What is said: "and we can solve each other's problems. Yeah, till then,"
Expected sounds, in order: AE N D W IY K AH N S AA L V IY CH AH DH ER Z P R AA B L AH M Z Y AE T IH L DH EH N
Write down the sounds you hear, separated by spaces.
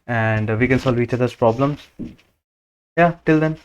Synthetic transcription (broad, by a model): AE N D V IY K AH N S AA L V IY CH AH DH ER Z P R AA B L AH M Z Y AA T IH L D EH N